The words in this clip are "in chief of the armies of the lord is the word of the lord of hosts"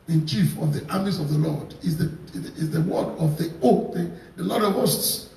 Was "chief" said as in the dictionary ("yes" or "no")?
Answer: yes